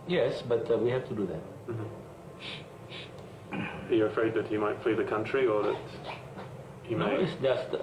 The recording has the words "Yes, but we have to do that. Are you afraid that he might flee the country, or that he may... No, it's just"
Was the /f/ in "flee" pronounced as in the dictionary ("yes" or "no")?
yes